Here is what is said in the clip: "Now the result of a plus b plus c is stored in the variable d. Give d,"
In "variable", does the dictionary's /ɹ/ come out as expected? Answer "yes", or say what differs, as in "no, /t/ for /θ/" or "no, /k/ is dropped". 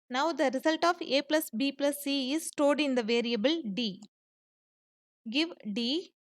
yes